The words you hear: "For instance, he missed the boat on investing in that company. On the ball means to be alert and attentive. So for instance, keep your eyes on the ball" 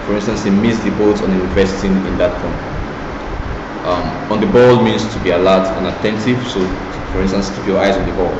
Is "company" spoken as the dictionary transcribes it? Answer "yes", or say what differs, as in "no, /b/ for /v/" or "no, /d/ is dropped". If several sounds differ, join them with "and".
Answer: no, /n/ is dropped